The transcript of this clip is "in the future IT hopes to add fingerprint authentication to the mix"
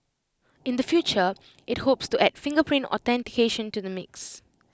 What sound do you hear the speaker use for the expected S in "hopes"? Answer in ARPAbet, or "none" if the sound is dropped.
S